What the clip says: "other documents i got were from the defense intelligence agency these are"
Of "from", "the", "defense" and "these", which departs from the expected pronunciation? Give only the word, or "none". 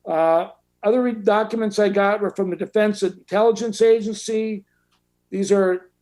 none